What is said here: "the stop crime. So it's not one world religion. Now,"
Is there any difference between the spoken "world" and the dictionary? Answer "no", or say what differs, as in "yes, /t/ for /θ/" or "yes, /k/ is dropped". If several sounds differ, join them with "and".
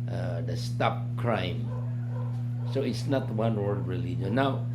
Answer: yes, /l/ is dropped